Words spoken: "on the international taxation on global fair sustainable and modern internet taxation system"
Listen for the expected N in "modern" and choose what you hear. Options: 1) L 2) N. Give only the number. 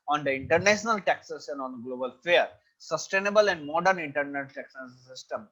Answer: 2